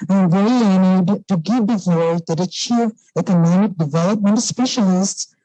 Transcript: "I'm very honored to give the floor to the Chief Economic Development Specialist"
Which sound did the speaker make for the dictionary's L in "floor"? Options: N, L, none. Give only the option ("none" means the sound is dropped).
none